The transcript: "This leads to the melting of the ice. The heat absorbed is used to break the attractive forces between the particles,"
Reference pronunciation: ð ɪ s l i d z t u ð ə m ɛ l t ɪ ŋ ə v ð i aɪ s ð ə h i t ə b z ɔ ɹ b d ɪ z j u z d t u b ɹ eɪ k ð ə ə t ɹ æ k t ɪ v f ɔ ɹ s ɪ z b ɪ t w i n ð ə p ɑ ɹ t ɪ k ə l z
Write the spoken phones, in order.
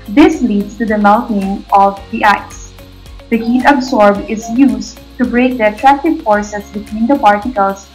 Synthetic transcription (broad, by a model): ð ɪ s l i d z t u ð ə m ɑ n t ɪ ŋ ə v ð i aɪ s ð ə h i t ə b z ɔ ɹ b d ɪ z j u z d t u b ɹ eɪ k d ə ə t ɹ æ k t ɪ v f ɔ ɹ s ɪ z b ɪ t w i n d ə p ɑ ɹ t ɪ k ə l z